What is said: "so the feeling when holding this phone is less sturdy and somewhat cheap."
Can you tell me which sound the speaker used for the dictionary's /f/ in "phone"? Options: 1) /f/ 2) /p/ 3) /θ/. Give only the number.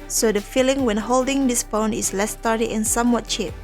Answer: 2